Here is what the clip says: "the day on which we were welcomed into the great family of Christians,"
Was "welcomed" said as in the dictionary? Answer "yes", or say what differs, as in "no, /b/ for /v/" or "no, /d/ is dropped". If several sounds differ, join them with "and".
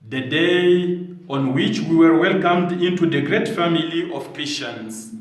yes